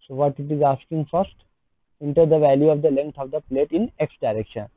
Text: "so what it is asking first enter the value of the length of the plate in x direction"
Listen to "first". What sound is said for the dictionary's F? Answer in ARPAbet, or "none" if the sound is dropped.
F